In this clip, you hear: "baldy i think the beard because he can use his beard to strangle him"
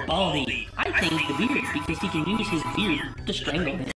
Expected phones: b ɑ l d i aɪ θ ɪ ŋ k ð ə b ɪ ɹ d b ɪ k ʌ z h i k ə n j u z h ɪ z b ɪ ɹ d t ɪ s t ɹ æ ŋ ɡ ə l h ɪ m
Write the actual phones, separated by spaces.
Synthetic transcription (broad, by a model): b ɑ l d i aɪ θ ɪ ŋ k ð ə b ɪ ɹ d b ɪ k ʌ z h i k ə n j u z h ɪ z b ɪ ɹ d t ɪ s t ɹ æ ŋ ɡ l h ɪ